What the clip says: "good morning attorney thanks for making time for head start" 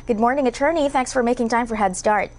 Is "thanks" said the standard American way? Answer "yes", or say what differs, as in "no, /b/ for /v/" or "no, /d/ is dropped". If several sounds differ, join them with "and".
yes